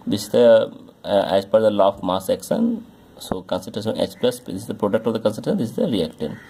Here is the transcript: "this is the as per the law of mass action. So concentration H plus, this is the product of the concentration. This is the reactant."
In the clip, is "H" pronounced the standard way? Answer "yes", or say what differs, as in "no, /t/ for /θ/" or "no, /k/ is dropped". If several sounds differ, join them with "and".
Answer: no, /s/ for /tʃ/